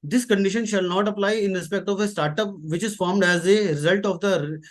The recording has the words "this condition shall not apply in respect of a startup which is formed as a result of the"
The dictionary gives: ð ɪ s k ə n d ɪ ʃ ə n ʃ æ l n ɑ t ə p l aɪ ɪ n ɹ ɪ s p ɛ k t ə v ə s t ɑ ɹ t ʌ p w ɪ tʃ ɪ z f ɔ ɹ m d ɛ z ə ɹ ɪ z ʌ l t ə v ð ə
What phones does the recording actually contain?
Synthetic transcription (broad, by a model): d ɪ s k ə n d ɪ ʃ ə n ʃ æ l n ɑ t ə p l aɪ ɪ n ɹ ɪ s p ɛ k t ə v ə s t ɑ ɹ t ʌ p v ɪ tʃ ɪ z f ɔ ɹ m d ɛ z ə ɹ ɪ z ʌ l t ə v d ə